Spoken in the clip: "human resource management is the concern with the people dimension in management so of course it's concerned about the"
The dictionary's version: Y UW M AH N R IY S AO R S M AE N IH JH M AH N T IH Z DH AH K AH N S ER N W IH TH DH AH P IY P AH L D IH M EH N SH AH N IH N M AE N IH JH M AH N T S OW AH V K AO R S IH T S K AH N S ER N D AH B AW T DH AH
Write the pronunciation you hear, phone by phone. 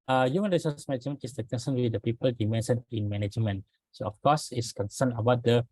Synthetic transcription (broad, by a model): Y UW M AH N R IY S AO S M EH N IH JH M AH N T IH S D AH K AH N S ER N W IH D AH P IY P AH L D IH M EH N S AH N IH N M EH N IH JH M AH N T S OW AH F K AO S IH T S K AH N S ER N AH B AW T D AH